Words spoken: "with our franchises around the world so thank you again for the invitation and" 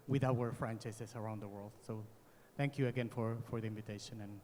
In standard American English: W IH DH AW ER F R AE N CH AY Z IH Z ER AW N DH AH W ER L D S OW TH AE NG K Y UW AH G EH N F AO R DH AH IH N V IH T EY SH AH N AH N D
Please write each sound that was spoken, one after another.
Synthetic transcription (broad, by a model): W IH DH AW ER F R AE N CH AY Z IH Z ER AW N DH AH W ER L D S OW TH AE NG K Y UW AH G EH N F AO R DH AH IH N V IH T EY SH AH N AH N